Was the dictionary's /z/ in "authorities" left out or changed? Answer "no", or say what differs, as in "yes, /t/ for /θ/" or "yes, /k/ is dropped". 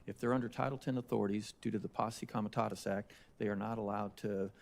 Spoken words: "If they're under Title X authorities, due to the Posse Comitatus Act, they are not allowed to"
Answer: no